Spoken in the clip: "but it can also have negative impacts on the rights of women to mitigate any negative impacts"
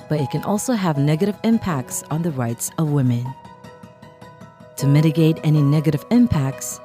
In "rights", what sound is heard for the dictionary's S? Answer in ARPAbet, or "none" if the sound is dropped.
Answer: S